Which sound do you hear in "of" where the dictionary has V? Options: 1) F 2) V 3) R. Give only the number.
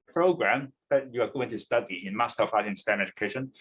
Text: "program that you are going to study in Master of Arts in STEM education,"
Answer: 1